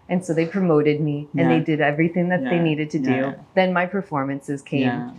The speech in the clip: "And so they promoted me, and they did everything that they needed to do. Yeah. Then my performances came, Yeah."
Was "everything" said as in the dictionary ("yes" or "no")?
yes